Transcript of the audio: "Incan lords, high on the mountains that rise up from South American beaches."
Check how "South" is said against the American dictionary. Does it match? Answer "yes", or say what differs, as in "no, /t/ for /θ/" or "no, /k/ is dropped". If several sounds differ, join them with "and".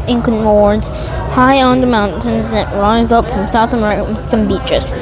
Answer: yes